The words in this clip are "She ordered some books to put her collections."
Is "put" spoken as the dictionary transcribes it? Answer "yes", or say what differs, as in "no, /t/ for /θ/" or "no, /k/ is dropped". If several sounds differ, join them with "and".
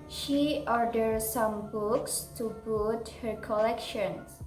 no, /b/ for /p/